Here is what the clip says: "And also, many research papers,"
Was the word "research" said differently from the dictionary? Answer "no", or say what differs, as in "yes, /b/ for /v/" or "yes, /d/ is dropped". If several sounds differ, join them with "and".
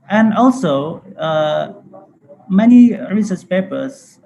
yes, /s/ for /tʃ/